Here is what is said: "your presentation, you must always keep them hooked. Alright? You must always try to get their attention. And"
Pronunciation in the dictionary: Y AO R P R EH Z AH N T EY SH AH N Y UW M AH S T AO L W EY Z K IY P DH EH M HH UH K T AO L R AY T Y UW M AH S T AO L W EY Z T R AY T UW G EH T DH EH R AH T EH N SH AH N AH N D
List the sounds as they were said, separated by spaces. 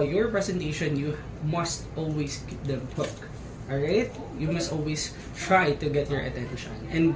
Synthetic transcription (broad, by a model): Y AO R P R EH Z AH N T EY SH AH N Y UW M AH S T AO L W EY S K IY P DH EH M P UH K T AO R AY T Y UW M AH S T AO L W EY S T R AY T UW G EH T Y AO R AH T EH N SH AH N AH N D